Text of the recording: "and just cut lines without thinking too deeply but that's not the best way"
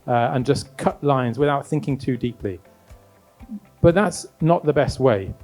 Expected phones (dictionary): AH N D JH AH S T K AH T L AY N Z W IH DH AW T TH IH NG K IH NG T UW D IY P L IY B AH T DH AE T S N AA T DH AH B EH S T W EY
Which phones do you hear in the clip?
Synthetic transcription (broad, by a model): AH N JH AH S K AH T L AY N Z W IH DH AW T TH IH NG K IH NG T UW D IY P L IY B AH T DH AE T S N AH T DH AH B EH S T W EY